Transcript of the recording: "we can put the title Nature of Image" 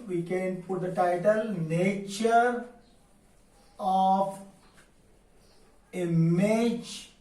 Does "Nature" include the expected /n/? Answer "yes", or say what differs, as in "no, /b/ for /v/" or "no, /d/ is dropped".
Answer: yes